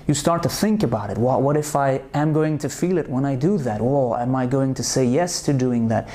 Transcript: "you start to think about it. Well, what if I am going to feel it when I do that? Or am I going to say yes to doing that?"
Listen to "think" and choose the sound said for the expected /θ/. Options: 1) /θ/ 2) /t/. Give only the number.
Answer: 1